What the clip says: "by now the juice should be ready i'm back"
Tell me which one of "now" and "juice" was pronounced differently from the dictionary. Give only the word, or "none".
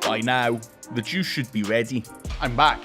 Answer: juice